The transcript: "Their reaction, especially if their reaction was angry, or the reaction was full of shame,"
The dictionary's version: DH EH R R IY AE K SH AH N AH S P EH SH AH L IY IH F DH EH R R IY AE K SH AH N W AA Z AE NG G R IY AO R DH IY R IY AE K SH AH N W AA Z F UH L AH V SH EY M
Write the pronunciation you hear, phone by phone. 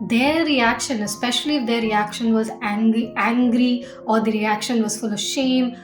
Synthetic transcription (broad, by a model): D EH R R IY AE K SH AH N AH S P EH SH AH L IY IH F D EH R R IY AE K SH AH N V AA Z AE NG G R IY AO R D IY R IY AE K SH AH N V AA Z F UH L AH V SH EY M